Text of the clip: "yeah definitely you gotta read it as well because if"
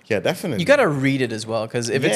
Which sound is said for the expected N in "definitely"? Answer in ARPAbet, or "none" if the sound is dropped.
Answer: none